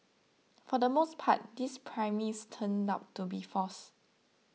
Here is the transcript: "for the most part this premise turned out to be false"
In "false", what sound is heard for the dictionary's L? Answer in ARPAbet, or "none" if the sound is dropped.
none